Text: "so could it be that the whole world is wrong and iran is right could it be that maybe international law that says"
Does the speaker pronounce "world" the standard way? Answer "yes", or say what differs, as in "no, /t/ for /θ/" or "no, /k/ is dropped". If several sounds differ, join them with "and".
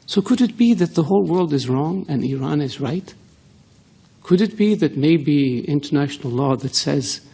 yes